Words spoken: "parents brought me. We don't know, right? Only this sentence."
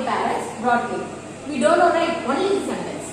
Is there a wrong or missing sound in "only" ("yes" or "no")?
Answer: yes